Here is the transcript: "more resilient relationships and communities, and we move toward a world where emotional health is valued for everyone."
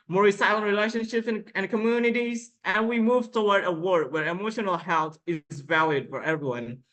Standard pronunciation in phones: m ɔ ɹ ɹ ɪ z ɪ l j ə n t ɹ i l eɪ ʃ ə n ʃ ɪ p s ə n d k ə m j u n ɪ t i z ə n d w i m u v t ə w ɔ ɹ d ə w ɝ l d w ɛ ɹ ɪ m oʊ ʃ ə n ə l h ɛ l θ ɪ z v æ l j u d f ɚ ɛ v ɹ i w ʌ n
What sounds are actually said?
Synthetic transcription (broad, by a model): m ɔ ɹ ɹ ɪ s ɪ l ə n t ɹ i l eɪ ʃ ə n ʃ ɪ p s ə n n k ə m j u n ɪ t i z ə n w i m u v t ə w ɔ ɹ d ə w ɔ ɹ d w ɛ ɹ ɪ m oʊ ʃ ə n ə l h ɛ l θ ɪ z v æ l j u d f ɚ ɛ v ɹ i w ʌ n